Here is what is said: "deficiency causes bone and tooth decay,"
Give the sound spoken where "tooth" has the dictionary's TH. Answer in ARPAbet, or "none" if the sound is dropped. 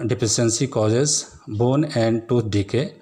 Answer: T